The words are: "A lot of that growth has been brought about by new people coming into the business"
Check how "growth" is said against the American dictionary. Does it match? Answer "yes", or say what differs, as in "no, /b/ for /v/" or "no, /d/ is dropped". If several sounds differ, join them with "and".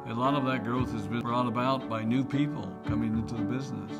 yes